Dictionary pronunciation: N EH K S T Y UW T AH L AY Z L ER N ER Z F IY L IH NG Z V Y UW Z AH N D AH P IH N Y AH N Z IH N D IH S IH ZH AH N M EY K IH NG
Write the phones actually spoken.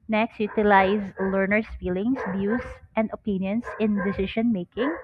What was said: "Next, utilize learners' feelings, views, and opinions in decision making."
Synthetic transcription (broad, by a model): N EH K S T Y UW T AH L AY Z L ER N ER S F IY L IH NG S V Y UW S AH N D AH P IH N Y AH N S IH N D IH S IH SH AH N M EY K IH NG